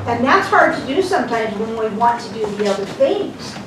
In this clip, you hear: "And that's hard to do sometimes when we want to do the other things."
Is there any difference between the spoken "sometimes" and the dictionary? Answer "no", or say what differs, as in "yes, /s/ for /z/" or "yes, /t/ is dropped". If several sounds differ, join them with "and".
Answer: no